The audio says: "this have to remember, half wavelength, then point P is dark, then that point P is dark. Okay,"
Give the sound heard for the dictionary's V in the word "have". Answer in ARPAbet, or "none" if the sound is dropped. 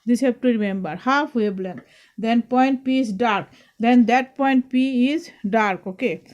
P